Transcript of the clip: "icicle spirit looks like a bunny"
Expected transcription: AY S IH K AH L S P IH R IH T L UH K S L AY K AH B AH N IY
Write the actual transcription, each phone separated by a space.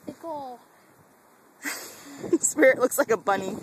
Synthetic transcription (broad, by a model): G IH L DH S P IH R IH T L UH K S L AY K AH B AH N IY